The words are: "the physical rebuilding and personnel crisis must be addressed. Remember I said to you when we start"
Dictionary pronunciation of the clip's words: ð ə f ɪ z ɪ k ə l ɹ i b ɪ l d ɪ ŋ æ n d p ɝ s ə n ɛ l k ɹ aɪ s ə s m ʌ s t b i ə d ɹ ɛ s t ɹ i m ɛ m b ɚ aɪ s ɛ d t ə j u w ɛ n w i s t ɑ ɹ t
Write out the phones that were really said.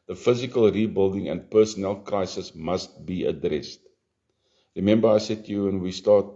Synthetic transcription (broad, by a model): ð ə f ɪ z ɪ k ə l ɹ i b ɪ l d ɪ ŋ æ n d p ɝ s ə n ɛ l k ɹ aɪ s ə s m ʌ s t b i ə d ɹ ɛ s t ɹ i m ɛ m b ɚ aɪ s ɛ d t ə j u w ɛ n w i s t ɑ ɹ t